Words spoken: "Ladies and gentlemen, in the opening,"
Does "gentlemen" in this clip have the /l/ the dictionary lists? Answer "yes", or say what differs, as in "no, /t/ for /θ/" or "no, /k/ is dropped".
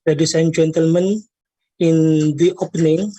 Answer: yes